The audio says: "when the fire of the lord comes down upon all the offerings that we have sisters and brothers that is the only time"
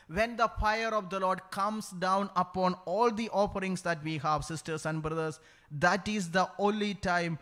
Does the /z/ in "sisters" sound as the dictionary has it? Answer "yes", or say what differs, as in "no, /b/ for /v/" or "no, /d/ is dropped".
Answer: no, /s/ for /z/